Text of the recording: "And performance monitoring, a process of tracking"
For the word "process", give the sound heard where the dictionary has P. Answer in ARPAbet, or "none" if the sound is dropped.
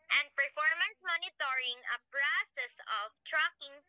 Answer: B